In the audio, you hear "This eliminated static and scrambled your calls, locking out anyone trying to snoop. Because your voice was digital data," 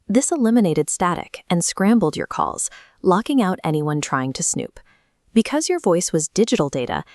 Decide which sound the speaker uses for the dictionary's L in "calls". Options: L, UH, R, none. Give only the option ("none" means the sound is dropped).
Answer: L